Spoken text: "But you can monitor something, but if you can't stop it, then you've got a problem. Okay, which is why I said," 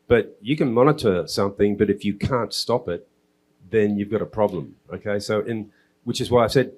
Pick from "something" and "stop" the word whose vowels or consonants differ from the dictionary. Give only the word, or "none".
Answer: none